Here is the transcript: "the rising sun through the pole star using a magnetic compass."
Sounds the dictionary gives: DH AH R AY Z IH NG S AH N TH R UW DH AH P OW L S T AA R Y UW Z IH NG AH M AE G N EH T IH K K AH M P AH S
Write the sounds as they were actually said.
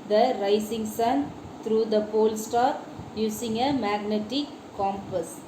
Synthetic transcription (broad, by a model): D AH R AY S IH NG S AH N T R UW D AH P OW L S T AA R Y UW S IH NG AH M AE G N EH T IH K K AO M P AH S